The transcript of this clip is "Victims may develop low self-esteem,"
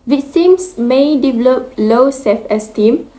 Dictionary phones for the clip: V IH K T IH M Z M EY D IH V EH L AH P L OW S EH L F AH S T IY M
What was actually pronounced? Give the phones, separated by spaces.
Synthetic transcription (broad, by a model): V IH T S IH M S M EY D IH V EH L AH P L OW S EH F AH S T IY M